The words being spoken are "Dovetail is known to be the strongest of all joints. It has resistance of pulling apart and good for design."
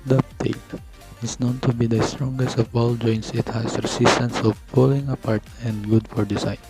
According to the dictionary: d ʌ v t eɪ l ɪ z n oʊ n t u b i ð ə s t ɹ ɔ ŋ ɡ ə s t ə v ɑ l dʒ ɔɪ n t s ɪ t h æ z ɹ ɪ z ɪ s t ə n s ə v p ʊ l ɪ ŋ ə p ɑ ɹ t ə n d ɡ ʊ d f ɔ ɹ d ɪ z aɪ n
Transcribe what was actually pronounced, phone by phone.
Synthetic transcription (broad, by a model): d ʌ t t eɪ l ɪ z n oʊ n t u b i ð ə s t ɹ ɔ ŋ ɡ ə s t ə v ɑ l dʒ ɔɪ n t s ɪ t h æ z ɹ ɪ s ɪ s t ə n s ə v p ʊ l ɪ ŋ ə p ɑ ɹ t ə n d ɡ ʊ d f ɔ ɹ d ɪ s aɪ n